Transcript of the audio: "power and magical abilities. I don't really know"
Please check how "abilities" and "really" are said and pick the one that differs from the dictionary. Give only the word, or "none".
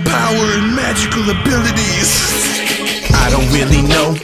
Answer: none